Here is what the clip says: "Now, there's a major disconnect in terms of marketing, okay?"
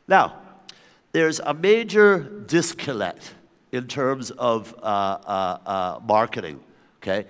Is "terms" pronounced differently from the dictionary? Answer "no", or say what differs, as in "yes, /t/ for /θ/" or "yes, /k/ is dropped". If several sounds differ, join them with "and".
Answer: no